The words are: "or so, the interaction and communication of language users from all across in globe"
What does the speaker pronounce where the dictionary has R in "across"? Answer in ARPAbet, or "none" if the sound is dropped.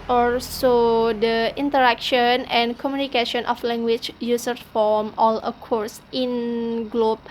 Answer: none